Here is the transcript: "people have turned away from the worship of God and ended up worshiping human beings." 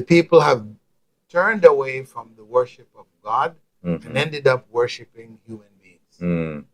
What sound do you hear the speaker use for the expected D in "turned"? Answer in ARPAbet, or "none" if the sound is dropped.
D